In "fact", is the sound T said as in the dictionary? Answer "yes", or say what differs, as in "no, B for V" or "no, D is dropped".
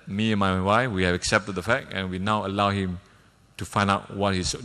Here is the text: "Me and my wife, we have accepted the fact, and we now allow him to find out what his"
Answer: no, T is dropped